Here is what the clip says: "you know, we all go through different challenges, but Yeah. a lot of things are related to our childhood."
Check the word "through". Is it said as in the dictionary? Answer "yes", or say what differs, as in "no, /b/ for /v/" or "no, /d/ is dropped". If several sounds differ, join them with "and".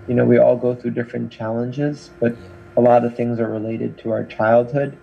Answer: yes